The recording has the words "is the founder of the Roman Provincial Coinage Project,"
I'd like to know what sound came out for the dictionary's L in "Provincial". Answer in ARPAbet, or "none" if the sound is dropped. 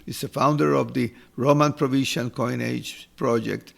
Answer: N